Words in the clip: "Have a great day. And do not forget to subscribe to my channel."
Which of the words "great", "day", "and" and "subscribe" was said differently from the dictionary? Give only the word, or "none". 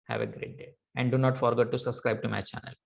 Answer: none